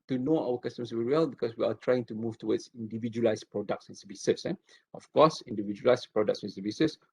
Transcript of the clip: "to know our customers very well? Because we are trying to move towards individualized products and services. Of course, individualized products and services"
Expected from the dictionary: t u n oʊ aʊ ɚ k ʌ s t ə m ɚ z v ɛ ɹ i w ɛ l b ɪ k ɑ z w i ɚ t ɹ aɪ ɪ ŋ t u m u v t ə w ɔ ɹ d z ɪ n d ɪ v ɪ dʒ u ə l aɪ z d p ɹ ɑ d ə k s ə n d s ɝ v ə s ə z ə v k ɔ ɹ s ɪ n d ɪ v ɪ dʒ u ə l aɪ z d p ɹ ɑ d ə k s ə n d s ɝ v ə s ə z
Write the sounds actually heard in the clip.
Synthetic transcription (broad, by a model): t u n oʊ aʊ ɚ k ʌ s t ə m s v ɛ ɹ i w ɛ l b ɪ k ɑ s w i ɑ t ɹ aɪ ɪ ŋ t u m u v t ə w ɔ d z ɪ n d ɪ v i dʒ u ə l aɪ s p ɹ ɑ d ə k s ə n s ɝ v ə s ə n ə f k ɔ s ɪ n d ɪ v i dʒ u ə l aɪ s p ɹ ɑ d ə k s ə n s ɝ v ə s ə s